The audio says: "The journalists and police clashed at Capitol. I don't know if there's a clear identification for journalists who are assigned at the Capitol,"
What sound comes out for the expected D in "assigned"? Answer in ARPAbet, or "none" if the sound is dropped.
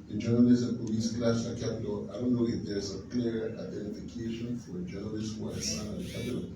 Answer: none